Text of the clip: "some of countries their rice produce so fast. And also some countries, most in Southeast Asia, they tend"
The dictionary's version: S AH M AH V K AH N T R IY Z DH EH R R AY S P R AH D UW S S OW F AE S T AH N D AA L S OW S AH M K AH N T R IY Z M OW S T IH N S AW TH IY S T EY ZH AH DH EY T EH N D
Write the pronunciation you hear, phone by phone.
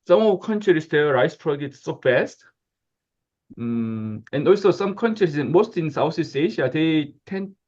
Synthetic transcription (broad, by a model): S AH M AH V K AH N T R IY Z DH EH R R AY S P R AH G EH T S OW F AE S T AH N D AA L S OW S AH M K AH N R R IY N M OW S T IH N S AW S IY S EY SH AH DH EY T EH N